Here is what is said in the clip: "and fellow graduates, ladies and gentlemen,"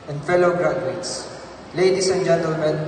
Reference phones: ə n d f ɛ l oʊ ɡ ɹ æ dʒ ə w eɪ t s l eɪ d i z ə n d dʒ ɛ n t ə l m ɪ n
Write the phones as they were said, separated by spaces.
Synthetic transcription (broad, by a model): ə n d f ɛ l oʊ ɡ ɹ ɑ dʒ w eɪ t s l eɪ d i s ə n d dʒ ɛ n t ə l m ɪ n